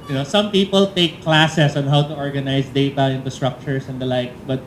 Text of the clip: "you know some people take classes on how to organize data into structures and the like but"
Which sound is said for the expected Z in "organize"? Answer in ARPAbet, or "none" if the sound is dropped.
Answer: S